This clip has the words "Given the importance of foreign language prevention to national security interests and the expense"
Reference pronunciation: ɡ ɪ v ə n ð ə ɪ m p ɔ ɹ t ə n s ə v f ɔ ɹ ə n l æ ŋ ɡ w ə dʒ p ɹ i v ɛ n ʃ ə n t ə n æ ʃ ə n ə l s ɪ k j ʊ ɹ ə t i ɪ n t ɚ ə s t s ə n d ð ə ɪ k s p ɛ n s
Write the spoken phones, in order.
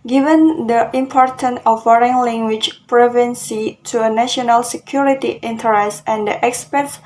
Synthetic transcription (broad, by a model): ɡ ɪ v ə n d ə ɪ m p ɔ ɹ t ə n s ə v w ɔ ɹ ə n l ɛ ŋ ɡ w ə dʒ p ɹ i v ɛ n s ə t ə n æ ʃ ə n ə l s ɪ k j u ɹ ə t i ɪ n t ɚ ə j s ə n d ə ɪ k s p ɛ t s